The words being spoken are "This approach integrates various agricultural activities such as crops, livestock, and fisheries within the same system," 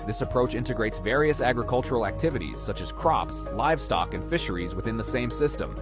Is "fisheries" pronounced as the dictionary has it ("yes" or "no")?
yes